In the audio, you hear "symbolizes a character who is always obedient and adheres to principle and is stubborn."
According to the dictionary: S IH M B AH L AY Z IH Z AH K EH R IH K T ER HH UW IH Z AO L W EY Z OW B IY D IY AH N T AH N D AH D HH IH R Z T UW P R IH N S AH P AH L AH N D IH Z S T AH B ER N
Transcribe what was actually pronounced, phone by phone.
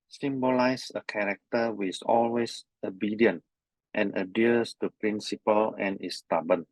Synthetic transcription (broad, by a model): S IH M B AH L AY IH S AH K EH R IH K T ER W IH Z AO L W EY S OW B IY D IY AH N T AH N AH D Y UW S T UW P R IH N S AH P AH L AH N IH S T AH B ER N